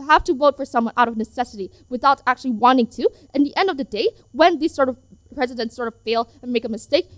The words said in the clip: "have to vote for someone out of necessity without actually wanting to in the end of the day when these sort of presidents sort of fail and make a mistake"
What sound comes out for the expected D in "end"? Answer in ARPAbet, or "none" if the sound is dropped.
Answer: D